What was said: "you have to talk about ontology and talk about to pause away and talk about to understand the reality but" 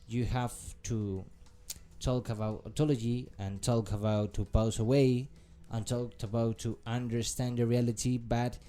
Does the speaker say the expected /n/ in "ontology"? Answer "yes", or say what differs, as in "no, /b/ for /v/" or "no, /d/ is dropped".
no, /n/ is dropped